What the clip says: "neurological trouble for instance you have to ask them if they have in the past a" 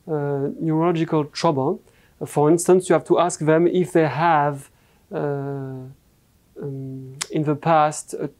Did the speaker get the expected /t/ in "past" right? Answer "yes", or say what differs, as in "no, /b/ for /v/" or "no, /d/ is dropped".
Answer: yes